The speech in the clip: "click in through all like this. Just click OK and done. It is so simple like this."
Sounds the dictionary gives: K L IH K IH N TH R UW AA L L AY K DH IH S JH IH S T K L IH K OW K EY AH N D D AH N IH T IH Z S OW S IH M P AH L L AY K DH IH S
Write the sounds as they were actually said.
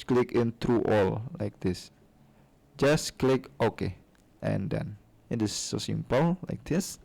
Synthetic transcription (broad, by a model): K L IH K IH N T R UW AA L L AY K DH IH S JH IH S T K L IH K OW K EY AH N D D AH N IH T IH S OW S IH M P AH L L AY K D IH S